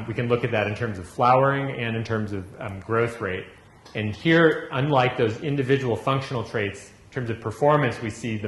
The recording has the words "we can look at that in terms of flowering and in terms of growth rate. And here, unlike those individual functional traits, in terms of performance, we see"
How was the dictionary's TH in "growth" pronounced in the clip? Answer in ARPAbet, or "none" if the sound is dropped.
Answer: TH